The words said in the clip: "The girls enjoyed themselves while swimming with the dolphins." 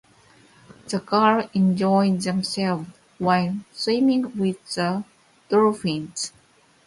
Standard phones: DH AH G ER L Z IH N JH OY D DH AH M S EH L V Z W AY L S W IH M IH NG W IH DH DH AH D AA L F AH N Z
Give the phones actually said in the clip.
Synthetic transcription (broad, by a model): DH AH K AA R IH N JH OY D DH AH M S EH L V W AY L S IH M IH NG W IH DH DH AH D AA F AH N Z